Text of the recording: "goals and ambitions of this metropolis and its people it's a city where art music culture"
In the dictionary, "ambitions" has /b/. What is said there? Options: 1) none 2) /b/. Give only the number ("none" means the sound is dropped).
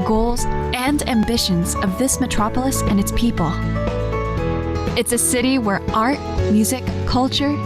2